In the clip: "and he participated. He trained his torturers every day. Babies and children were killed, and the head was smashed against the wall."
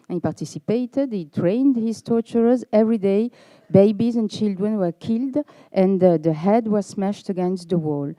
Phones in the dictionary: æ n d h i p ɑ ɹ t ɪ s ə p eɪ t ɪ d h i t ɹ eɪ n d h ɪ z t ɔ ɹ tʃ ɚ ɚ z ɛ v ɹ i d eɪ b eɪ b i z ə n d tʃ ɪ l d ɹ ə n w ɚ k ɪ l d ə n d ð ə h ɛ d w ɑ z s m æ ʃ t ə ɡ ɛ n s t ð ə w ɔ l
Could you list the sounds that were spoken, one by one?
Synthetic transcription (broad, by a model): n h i p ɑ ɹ t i s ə p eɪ t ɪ d h i t ɹ eɪ n d h ɪ z t ɔ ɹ tʃ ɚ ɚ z ɛ v ɹ i d eɪ b eɪ b i z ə n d tʃ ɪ l d ɹ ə n w ɚ k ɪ l d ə n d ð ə h ɛ d w ɑ z s m æ ʃ t ə ɡ ɛ n s t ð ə w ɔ l